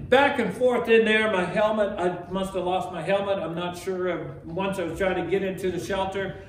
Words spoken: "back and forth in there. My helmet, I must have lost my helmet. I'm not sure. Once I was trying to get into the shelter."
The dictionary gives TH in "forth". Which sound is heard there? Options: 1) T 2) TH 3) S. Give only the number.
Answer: 2